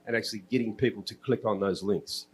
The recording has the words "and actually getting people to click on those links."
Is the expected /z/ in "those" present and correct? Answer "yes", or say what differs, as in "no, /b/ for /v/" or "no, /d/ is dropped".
yes